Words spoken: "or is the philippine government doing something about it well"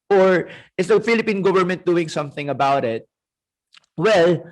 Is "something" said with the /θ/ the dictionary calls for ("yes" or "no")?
yes